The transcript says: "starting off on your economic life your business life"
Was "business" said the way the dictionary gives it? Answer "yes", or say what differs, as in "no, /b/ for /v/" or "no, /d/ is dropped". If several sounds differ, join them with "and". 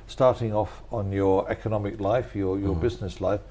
yes